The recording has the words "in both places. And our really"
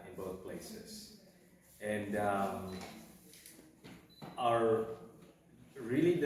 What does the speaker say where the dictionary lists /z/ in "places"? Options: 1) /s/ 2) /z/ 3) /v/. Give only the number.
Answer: 1